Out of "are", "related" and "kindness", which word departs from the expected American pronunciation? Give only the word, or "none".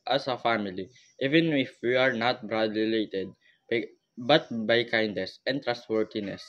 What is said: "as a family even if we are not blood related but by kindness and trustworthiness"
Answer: related